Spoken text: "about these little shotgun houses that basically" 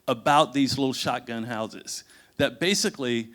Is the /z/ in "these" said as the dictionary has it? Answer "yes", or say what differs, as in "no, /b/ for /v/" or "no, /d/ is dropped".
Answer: yes